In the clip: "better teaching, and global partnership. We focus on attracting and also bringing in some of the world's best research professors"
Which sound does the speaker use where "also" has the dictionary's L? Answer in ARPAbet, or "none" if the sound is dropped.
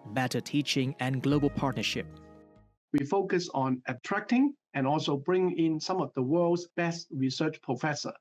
L